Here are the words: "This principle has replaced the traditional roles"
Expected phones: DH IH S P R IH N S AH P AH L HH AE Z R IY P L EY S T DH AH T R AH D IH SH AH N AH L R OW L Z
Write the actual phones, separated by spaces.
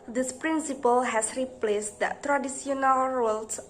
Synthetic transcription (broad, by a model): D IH S P R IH N S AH P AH L HH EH S R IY P L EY S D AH T R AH D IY S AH N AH L R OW L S